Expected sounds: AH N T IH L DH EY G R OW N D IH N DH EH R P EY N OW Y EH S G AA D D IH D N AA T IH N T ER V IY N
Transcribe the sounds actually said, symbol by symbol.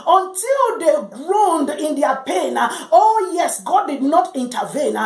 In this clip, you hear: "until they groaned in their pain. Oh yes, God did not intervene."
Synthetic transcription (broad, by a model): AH N T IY L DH EY G R OW N D IH N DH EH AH P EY N OW Y EH S G AA D D IH D N AA T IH N T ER V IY N